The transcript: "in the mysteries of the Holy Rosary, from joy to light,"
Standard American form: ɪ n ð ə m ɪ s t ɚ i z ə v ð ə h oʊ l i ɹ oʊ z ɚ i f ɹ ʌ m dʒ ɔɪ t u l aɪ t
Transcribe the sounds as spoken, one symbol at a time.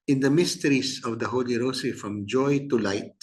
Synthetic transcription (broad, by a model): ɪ n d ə m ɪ s t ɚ i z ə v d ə h oʊ l i ɹ oʊ s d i f ɹ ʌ m dʒ ɔɪ t u l aɪ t